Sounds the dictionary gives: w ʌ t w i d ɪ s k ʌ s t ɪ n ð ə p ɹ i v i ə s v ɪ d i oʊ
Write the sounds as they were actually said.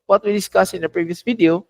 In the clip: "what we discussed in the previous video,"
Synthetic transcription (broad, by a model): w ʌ t w i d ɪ s k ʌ s ɪ n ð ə p ɹ i v i ə s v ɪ d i oʊ